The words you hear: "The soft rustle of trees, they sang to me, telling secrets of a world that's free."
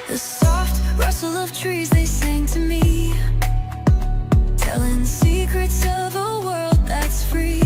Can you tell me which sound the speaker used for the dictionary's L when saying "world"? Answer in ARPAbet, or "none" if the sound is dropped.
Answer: L